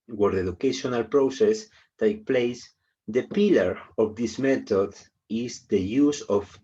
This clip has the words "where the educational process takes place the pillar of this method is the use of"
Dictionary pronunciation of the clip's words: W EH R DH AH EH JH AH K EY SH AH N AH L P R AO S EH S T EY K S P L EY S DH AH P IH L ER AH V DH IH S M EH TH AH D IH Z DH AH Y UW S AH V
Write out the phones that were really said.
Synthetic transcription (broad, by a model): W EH R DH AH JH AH K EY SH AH N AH L P R AO S EH S T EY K P L EY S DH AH P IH L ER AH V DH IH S M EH T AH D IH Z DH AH Y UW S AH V